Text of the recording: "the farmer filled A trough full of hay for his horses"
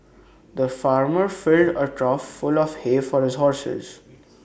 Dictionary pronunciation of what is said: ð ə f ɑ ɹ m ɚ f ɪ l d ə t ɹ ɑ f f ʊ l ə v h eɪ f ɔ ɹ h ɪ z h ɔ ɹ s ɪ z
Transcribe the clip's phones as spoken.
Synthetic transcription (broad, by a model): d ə f ɑ ɹ m ɚ f ɪ l d ə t ɹ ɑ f f ʊ l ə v h eɪ f ɔ ɹ h ɪ z h ɔ ɹ s ɪ z